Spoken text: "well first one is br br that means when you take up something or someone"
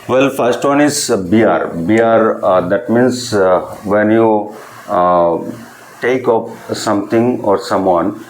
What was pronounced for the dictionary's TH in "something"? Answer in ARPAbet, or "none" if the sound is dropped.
T